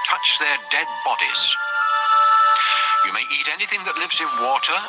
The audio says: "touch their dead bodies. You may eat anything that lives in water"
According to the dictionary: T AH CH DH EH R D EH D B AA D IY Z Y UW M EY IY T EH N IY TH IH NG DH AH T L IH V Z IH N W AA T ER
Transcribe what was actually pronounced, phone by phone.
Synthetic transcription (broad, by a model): T AH CH DH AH R D EH D B AA D IY Z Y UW M EY IY T EH N IY TH IH NG DH AH T L IH V Z IH N W AA T ER